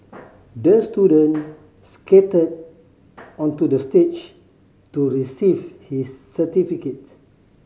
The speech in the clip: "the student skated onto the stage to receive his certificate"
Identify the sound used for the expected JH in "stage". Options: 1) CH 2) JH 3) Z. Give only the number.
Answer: 1